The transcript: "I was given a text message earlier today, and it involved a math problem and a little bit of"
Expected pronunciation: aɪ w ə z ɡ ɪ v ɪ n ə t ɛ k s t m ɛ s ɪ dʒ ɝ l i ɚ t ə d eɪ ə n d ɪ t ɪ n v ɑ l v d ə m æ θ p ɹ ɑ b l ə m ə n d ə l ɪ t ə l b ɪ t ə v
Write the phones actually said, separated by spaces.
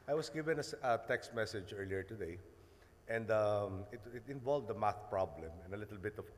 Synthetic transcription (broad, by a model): aɪ w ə s ɡ ɪ v ɪ n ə t ɛ k s t m ɛ s ɪ dʒ ɝ l i ɚ t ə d eɪ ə n d ɪ t ɪ n v ɑ l v d ə m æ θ p ɹ ɑ b l ə m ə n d ə l ɪ t ə l b ɪ t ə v